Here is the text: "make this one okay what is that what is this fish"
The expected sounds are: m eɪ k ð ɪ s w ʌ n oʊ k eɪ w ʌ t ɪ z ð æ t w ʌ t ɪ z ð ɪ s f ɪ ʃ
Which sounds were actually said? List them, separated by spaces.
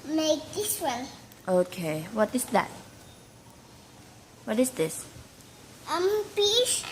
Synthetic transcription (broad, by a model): m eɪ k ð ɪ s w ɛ l oʊ k eɪ w ʌ t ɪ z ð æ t w ʌ t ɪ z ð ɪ s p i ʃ